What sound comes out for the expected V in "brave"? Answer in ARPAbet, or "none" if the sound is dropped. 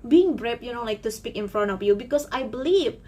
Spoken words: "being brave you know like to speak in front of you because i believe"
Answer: P